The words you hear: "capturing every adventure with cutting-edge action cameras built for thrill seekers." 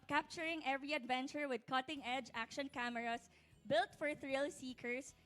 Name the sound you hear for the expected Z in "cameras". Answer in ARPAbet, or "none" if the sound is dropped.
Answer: S